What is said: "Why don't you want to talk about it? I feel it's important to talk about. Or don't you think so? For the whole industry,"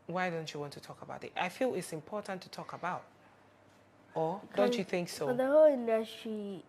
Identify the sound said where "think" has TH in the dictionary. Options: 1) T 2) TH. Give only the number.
2